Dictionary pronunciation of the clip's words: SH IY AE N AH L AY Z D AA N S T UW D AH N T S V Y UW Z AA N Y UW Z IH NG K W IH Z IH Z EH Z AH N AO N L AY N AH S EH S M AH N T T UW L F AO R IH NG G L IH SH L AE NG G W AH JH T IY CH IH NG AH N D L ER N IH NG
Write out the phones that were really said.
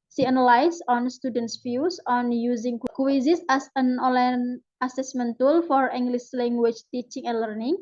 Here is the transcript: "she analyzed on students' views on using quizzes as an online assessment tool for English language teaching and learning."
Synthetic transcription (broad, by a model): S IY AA N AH L AY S AA N S T UW D AH N T S F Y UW S AA N Y UW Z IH NG K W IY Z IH S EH S AH N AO L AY N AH S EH S M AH N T T UW L F AO R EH NG G L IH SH L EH NG G W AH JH T IY CH IH NG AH N L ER N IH NG